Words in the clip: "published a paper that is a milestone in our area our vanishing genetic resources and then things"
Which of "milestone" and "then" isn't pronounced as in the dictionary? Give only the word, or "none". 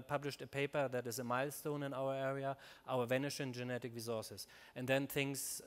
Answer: none